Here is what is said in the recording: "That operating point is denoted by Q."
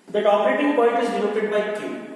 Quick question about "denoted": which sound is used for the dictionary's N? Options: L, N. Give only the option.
L